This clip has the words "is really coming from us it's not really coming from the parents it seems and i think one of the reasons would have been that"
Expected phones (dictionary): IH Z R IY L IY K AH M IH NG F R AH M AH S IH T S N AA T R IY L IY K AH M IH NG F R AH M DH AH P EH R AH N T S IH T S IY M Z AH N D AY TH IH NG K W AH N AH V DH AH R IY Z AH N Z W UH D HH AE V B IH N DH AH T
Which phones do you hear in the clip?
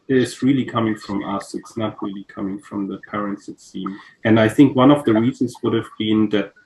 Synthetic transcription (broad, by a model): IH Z R IY L IY K AH M IH NG F R AH M AH S IH T S N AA T R IY L IY K AH M IH NG F R AH M DH AH P EH R AH N T S IH T S IY M AH N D AY TH IH NG K W AH N AH V DH AH R IY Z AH N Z W UH D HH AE V B IH N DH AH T